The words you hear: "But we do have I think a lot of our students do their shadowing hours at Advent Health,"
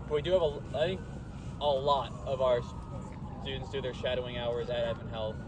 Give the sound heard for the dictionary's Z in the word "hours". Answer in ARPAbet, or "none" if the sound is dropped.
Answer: Z